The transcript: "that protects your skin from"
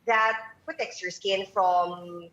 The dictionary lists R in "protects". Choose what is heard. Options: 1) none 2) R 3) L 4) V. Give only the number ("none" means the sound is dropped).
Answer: 1